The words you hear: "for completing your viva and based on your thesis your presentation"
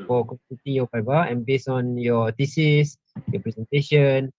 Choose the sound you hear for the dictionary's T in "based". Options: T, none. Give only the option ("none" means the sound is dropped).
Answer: none